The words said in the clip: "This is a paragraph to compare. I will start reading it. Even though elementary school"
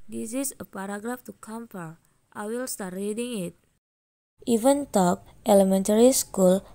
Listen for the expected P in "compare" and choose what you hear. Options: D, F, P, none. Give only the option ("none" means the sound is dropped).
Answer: F